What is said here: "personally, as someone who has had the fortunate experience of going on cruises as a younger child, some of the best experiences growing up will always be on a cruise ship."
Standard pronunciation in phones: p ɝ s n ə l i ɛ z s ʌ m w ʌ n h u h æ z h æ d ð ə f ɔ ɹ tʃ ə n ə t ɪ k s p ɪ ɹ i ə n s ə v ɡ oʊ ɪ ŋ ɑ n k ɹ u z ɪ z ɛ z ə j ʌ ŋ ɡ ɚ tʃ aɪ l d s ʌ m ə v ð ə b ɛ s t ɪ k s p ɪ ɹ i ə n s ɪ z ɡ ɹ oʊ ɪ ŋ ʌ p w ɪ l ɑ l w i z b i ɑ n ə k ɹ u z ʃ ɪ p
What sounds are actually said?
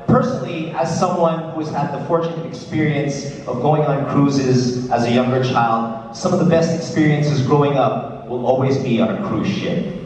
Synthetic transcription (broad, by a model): p ɝ s n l i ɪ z s ʌ m w ʌ n h u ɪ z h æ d ð ə f ɔ ɹ tʃ ə n ə t ɪ k s p ɪ ɹ i ə n s ə v ɡ oʊ ɪ ŋ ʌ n k ɹ u z ɪ z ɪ z ə j ʌ ŋ ɡ ɚ tʃ aɪ l d s ʌ m ə v ð ə b ɛ s t ɪ k s p ɪ ɹ i ə n s ɪ z ɡ ɹ oʊ ɪ ŋ ʌ p w ɪ l ɑ l w i z b i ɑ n ə k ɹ u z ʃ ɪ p